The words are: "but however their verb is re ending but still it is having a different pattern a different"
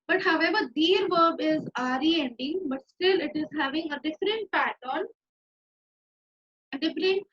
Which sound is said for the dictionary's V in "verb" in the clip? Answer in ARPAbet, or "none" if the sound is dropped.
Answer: V